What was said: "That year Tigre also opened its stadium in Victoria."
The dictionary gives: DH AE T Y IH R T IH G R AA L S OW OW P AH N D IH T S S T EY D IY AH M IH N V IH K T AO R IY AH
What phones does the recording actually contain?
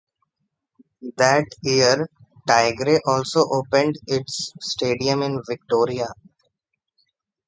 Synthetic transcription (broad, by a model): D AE T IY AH R T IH G R AA L S OW OW P AH N D IH T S S T EY D IY AH M IH N V IH K T AO R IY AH